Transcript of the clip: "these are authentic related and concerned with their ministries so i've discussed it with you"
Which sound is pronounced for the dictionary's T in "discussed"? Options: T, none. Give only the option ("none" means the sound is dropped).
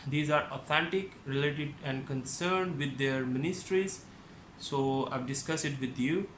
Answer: none